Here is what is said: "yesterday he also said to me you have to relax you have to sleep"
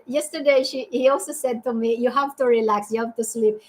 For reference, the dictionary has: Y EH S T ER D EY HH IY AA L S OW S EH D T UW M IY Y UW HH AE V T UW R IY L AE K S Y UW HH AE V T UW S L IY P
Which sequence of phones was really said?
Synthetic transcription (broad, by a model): Y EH S T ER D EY HH IY AA L S OW S EH D T UW M IY Y UW HH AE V T UW R IY L AE K S Y UW HH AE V T UW S L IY P